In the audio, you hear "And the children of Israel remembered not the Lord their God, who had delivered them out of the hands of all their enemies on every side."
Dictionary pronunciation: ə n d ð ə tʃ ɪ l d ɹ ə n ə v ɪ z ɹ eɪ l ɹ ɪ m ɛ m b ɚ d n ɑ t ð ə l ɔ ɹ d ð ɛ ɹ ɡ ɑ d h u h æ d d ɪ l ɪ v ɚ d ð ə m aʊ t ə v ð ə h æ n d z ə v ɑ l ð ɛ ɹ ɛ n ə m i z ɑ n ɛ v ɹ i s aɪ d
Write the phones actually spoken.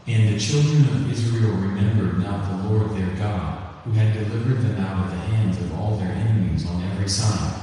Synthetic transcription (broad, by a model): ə n ð ə tʃ ɪ l d ɹ ə n ə v ɪ z ɹ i l ɹ ɪ m ɛ m b ɚ d n ɑ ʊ ð ə l ɔ ɹ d ð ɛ ɹ ɡ ɑ d h u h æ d d ɪ l ɪ v ɚ d ð ə m aʊ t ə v ð ə h æ n d z ə v ɑ l ð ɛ ɹ ɛ n ə m i z n ɛ v ɹ i s aɪ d